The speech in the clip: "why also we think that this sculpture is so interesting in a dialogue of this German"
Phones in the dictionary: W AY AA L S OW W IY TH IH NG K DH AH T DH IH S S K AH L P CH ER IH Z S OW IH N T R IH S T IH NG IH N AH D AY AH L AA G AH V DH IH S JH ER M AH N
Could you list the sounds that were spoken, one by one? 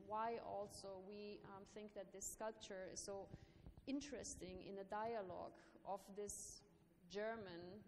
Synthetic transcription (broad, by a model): W AY AA L S OW W IY TH IH NG K DH AH T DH IH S S K AH L P CH ER IH Z S OW IH N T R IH S T IH NG IH N AH D AY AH L AA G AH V DH IH S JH ER M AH N